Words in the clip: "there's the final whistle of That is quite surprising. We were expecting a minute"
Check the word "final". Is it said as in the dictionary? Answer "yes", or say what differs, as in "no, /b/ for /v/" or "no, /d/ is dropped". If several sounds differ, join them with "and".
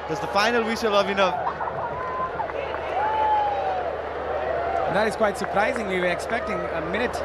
yes